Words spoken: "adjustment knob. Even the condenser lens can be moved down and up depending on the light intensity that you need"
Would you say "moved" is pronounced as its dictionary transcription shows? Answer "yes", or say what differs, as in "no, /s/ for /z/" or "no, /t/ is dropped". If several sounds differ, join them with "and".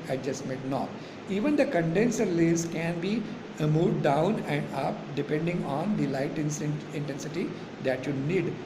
no, /v/ is dropped